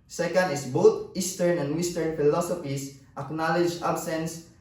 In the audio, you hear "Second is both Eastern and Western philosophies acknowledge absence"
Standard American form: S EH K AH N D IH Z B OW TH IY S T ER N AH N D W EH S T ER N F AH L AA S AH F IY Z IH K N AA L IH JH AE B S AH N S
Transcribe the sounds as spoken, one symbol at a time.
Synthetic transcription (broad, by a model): S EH K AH N D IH S B OW T IY S T ER N AH N D W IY S T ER N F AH L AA S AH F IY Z IH K N AA L IH JH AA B S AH N S